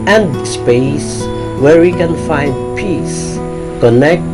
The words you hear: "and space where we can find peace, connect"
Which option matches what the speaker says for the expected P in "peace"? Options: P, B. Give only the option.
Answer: P